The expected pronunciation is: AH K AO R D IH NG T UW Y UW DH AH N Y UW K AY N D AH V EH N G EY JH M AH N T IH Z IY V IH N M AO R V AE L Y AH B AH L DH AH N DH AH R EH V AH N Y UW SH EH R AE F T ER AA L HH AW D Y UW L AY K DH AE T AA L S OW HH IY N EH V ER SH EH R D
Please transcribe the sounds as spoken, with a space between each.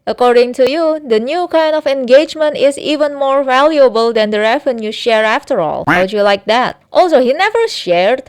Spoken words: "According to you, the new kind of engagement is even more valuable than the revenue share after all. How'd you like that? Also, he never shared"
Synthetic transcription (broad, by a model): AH K AO R D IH NG T UW Y UW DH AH N Y UW K AY N D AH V EH N G EY JH M AH N T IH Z IY V IH N M AO R V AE L Y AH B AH L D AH N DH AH R EH V AH N Y UW SH EH R AE F T ER AA L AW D Y UW L AY K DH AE T AA L S OW HH IY N EH V ER SH EH R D